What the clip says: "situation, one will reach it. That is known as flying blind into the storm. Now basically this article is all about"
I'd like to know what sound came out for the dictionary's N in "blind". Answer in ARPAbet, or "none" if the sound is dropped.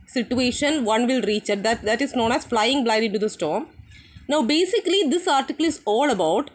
none